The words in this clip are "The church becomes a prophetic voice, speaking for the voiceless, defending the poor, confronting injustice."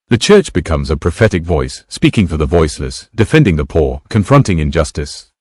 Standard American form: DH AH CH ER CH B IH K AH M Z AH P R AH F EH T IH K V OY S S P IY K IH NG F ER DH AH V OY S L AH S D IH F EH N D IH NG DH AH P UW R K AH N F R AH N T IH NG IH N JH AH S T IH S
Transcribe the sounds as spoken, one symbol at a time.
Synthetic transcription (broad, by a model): DH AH CH ER CH B IH K AH M Z AH P R AH F EH T IH K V OY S S P IY K IH NG F ER DH AH V OY S L AH S D IH F EH N D IH NG DH AH P UW R K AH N F R AH N T IH NG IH N JH AH S T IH S